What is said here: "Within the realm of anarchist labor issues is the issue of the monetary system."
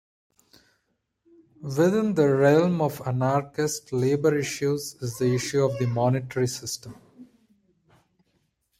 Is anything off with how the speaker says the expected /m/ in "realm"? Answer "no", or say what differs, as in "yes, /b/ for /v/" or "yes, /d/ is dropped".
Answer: no